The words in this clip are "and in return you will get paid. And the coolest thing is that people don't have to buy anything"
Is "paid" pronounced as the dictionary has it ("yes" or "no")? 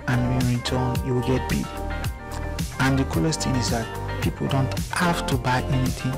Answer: no